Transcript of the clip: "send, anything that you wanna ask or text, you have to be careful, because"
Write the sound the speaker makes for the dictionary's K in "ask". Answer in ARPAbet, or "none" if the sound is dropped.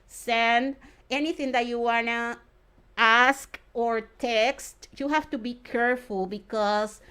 K